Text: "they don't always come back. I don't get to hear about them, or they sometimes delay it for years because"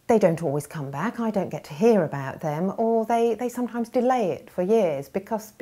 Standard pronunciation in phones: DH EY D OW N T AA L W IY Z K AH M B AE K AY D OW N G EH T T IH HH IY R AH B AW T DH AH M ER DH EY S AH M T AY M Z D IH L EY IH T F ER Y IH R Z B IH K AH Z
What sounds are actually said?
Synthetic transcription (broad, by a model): DH EY D OW N T AA L W IY Z K AH M B AE K AY D OW N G EH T T IH HH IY R AH B AW T DH AH M ER DH EY S AH M T AY M Z D IH L EY IH T F ER Y IH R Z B IH K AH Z